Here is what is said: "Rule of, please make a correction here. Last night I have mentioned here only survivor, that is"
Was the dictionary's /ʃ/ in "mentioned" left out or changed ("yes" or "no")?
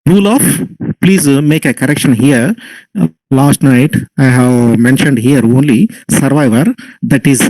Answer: no